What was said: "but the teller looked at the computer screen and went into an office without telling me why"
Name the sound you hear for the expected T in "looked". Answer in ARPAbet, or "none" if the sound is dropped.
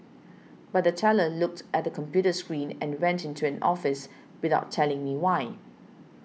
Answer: T